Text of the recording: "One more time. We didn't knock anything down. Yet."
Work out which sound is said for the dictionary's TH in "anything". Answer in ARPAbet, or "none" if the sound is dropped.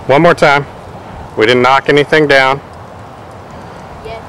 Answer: TH